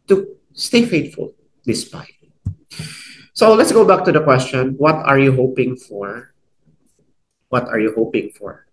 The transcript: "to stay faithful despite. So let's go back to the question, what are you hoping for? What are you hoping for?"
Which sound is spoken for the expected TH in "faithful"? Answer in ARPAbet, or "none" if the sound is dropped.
T